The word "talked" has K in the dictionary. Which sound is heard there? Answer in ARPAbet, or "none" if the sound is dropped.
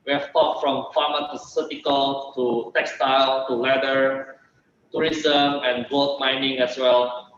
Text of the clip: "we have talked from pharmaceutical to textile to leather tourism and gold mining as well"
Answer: none